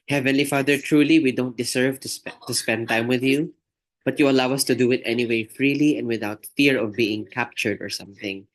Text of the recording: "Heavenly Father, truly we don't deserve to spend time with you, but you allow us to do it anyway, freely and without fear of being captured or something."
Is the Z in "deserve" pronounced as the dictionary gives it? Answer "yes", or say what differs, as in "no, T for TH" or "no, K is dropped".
no, S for Z